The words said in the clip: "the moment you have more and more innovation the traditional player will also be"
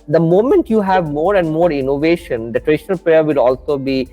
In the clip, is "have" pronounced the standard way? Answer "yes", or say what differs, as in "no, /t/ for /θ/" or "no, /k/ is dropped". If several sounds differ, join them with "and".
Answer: yes